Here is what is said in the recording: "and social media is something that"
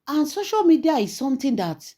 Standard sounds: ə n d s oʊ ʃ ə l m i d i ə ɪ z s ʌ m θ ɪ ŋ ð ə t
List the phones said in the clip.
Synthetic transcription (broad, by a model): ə n s oʊ ʃ ə l m i d i ə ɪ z s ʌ m t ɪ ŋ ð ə t